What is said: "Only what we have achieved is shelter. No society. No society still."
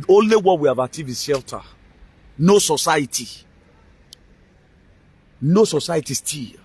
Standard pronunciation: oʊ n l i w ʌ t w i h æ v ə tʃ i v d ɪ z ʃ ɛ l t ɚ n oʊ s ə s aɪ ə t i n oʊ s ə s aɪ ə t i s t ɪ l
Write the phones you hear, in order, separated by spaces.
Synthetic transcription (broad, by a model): oʊ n l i w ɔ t w i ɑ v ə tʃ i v ɪ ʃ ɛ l t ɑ n oʊ s ə s aɪ ə t i n oʊ s ə s aɪ ə t i s t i l